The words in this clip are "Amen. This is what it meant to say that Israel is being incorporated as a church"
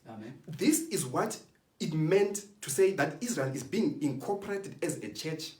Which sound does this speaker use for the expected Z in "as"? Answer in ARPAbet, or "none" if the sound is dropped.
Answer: Z